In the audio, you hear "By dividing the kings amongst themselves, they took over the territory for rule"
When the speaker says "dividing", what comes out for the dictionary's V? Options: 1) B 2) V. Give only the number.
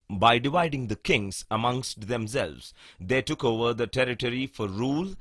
2